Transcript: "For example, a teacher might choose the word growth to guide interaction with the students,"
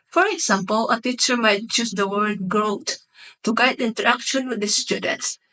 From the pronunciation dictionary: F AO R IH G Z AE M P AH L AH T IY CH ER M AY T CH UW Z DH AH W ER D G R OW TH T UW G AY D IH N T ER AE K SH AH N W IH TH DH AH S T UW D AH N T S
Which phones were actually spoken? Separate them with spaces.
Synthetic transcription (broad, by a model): F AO R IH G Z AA M P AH L AH T IY CH ER M AY T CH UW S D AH W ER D G R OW T T UW G AY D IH N T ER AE K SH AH N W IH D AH S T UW D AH N T S